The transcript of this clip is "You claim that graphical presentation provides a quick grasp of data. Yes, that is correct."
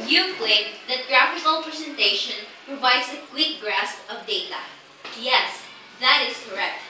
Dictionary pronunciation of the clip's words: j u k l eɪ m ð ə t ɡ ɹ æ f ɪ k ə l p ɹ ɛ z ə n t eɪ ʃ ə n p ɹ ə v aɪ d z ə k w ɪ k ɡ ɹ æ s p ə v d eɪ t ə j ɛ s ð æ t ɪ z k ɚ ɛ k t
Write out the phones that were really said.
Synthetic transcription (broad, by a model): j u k l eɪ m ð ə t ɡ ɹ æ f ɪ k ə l p ɹ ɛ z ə n t eɪ ʃ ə n p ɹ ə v aɪ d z ə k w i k ɡ ɹ æ s p ə v d eɪ t ə j ɛ s ð æ t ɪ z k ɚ ɛ k t